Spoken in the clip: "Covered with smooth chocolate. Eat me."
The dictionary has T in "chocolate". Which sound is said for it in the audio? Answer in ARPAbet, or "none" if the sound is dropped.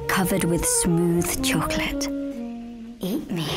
T